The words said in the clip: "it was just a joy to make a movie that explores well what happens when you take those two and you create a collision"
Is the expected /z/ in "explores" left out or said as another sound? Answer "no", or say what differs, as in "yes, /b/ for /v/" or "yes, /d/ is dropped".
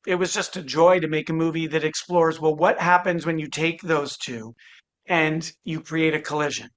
no